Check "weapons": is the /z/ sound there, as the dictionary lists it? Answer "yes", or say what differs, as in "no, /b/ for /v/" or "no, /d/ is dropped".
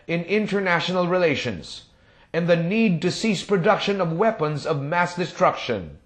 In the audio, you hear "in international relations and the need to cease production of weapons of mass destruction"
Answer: yes